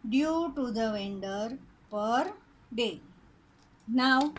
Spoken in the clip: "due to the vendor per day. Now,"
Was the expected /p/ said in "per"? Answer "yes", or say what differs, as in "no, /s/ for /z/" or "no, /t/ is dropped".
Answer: yes